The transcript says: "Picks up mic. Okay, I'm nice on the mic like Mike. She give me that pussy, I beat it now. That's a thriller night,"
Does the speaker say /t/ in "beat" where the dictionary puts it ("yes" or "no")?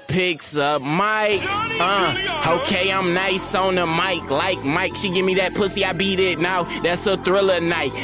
yes